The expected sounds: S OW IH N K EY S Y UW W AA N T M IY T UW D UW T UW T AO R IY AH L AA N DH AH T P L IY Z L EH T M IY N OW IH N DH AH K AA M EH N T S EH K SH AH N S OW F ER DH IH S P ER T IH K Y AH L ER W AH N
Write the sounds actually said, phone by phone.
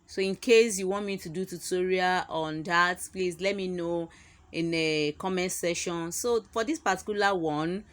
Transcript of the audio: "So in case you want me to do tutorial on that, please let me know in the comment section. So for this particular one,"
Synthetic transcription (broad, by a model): S OW IH N K EY S Y UW W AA N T M IY T UW D UW T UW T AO R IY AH AA N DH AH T P L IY S L EH T M IY N OW IH N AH K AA M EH N S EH SH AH N S OW F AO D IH S P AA T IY K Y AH L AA W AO N